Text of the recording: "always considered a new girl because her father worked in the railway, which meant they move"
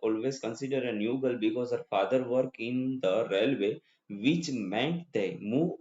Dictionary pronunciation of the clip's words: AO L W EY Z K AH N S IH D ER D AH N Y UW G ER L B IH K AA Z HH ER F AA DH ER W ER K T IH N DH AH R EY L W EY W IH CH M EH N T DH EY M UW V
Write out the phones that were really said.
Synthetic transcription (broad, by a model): AO L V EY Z K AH N S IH D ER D AH N Y UW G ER L B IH K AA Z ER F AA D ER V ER K IH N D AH R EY L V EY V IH CH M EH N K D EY M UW